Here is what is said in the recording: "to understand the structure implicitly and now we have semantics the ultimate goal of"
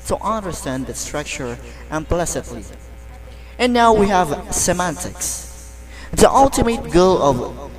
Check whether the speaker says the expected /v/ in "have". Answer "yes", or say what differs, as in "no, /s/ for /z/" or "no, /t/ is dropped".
yes